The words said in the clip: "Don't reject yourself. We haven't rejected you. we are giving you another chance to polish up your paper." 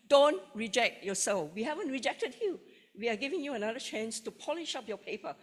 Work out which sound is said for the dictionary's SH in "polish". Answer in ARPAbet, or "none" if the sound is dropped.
SH